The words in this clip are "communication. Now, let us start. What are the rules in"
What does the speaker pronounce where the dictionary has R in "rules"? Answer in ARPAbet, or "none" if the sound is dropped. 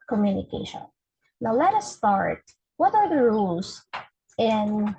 R